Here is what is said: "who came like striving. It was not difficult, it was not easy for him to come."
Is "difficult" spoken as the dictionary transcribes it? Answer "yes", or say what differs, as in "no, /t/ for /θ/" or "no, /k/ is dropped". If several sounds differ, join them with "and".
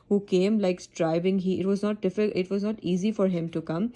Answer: no, /l/ is dropped